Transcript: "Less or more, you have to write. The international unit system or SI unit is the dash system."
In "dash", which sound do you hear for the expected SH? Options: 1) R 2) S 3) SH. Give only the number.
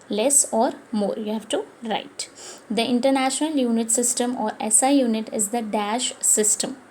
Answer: 3